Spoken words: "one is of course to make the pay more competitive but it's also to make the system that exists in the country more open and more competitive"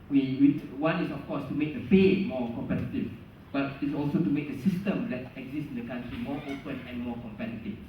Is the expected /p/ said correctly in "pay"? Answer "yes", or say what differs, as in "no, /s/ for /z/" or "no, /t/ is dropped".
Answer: no, /f/ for /p/